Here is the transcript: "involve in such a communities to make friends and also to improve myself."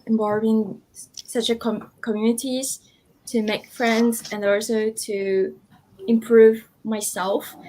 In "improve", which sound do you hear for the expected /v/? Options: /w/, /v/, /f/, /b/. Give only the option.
/v/